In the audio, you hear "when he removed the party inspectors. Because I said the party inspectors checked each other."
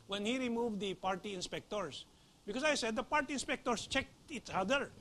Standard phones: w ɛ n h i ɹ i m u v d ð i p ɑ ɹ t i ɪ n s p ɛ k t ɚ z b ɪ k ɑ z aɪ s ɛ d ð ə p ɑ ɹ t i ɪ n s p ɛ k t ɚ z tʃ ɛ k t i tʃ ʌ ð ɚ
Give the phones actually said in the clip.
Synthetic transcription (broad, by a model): w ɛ n h i ɹ i m u v d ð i p ɑ ɹ t i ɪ n s p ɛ k t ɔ s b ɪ k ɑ s aɪ s ɛ d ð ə p ɑ ɹ t i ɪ n s p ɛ k t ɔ s tʃ ɛ k t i s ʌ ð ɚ